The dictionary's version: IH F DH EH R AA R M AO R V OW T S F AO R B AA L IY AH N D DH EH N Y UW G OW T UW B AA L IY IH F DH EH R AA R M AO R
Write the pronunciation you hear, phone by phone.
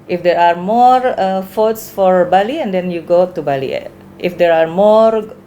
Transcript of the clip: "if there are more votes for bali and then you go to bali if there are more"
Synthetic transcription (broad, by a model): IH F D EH R AA R M AO R F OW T S F AO R B AA L IY AH N D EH N Y UW G OW T UW B AA L IY IH F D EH R AA R M AO R